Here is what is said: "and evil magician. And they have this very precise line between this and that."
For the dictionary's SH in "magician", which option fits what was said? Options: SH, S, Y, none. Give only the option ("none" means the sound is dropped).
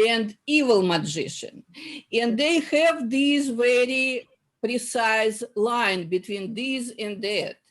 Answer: SH